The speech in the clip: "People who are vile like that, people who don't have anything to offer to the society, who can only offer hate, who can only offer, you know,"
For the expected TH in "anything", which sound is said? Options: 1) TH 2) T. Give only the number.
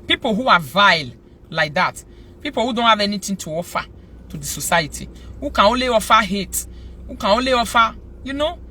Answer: 2